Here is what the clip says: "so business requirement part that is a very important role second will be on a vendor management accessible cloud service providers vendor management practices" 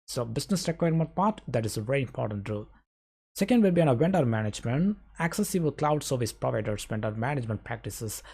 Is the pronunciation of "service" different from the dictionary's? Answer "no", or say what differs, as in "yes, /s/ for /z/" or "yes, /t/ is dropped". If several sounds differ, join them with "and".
no